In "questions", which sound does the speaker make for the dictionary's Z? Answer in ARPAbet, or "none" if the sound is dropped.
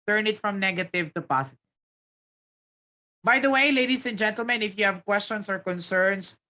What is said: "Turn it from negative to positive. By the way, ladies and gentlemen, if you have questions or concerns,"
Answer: S